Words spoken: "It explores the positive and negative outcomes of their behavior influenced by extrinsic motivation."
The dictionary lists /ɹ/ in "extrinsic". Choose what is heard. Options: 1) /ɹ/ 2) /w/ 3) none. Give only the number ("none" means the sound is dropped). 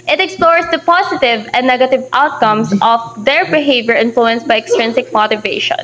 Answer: 1